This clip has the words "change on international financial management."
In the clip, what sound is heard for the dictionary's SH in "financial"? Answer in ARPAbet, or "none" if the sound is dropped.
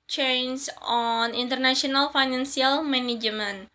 S